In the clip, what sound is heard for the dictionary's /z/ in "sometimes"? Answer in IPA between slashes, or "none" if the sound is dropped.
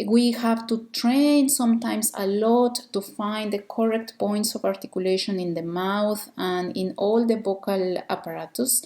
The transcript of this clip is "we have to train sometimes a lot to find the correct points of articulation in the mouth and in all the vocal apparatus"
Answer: /s/